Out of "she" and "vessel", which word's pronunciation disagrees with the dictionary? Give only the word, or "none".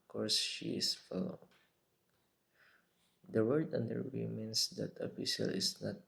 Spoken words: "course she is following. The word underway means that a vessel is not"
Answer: vessel